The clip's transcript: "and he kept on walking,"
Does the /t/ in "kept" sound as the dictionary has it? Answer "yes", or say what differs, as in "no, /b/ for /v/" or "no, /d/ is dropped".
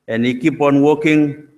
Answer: no, /t/ is dropped